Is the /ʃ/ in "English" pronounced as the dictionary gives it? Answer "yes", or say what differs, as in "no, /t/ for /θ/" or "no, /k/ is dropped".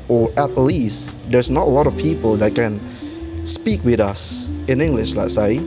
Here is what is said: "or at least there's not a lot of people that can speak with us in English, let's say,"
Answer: yes